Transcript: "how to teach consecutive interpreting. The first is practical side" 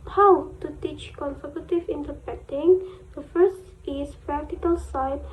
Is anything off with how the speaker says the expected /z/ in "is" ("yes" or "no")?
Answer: yes